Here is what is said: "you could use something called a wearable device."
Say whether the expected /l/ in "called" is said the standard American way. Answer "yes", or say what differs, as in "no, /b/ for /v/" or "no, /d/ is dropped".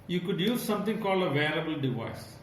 yes